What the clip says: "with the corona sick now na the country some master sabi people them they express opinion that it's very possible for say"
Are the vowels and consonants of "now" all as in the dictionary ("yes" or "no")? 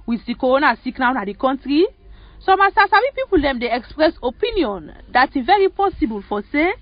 yes